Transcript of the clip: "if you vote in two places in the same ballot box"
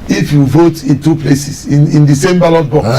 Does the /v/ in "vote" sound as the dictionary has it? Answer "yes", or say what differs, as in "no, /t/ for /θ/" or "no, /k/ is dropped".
yes